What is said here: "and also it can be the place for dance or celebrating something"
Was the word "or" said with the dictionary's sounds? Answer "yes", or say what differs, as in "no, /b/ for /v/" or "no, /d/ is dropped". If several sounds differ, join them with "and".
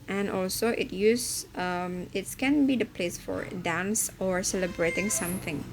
yes